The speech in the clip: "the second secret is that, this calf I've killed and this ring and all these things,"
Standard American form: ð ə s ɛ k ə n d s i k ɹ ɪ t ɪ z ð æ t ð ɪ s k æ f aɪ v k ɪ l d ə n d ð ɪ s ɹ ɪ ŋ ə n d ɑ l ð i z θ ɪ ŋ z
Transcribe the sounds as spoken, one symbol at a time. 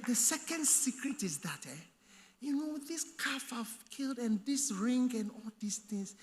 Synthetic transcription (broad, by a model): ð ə s ɛ k ə n d s i k ɹ ɪ t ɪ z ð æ t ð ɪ s k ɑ f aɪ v k ɪ l d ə n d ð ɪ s ɹ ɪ ŋ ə n ɑ l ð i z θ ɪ ŋ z